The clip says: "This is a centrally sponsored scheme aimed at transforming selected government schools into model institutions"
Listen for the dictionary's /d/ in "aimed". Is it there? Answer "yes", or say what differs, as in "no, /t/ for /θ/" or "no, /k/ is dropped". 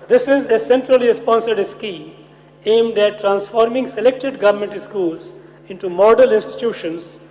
yes